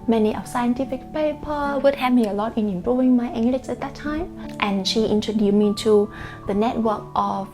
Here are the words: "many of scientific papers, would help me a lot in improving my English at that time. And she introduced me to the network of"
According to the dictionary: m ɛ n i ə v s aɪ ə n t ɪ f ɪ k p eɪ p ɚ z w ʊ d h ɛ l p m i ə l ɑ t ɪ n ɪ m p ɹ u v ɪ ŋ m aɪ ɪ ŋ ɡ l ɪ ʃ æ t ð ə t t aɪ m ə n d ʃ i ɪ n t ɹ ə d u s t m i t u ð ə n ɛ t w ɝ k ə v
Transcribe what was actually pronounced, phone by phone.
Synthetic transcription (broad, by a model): m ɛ n i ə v s aɪ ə n t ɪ f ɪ k p eɪ p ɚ w ʊ d h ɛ p m i ə l ɑ t ɪ n ɪ m p ɹ u v ɪ ŋ m aɪ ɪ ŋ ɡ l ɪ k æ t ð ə t t aɪ m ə n ʃ i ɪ n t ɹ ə d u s m i t u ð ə n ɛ t w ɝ k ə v